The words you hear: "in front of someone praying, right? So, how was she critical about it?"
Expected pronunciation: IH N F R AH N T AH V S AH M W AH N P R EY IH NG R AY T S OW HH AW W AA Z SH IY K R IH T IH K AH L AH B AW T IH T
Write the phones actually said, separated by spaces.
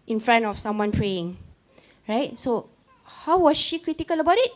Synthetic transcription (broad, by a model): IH N F R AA N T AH F S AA M W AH N P R EY IH NG R AY T S OW HH AW W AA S SH IY K R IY T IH K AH L AH B AW T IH T